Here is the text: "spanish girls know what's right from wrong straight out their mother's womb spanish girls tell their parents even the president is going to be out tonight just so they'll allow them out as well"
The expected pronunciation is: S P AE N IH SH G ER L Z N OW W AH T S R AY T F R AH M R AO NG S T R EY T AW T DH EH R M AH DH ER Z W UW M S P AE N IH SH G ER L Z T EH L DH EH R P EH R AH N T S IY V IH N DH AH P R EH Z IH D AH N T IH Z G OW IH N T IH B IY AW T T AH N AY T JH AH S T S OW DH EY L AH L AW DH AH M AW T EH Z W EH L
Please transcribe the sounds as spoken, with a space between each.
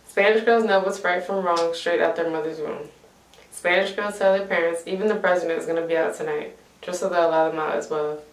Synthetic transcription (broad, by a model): S P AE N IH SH G ER L Z N OW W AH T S R AY T F R AH M R AO NG S T R EY T AW T DH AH R M AH DH ER Z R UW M S P AE N IH SH G ER L Z T EH L DH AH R P EH R AH N T S IY V IH N DH AH P R EH Z IH D AH N T IH Z G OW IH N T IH B IY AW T T AH N AY T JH AH S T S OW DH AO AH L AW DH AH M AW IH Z W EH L